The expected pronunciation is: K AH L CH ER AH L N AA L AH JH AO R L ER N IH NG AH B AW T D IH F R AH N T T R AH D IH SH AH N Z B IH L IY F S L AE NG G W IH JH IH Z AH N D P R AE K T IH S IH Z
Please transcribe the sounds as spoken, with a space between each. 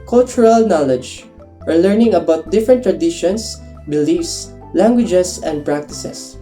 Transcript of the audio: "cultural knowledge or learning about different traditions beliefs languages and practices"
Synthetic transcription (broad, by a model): K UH L CH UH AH L N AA L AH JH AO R L ER N IH NG AH B AW T D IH F R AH N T T R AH D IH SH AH N S B IH L IY F S L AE NG G W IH JH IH S AH N D P R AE K T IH S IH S